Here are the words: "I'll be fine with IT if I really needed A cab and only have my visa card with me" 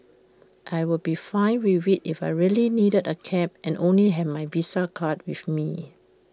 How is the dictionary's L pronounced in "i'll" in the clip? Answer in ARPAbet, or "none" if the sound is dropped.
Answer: W